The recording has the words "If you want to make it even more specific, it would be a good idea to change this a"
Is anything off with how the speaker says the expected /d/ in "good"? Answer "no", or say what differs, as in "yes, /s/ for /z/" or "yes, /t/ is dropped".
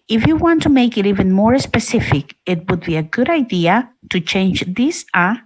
no